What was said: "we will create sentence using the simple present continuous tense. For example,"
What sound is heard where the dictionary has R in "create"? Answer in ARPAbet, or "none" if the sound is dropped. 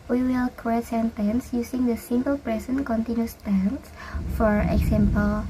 none